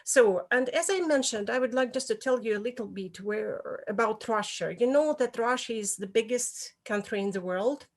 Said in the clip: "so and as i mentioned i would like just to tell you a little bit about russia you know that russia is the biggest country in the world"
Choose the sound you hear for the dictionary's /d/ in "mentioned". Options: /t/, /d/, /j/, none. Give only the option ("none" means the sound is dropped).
/d/